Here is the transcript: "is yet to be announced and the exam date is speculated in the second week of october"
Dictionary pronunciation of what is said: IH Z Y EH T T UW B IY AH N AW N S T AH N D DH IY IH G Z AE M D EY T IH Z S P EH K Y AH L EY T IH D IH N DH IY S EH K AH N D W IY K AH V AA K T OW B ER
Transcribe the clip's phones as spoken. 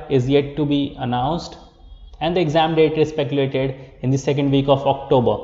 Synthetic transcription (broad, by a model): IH Z Y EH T T UW B IY AH N AW N S T AH N D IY IH G Z AE M D EY T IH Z S P EH K Y AH L EY T IH D IH N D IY S EH K AH N D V IY K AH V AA K T OW B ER